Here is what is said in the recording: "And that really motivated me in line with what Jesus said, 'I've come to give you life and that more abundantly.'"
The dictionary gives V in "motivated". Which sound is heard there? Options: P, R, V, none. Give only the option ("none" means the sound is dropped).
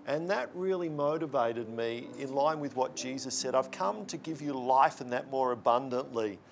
V